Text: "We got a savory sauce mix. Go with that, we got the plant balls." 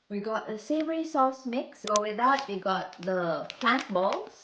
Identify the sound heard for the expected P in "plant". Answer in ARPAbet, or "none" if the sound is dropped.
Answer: F